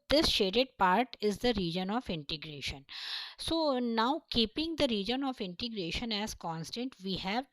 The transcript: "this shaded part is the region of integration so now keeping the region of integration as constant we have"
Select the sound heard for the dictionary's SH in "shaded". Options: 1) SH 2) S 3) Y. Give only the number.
1